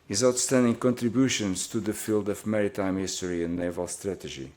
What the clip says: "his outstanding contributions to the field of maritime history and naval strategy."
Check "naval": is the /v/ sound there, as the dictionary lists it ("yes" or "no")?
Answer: yes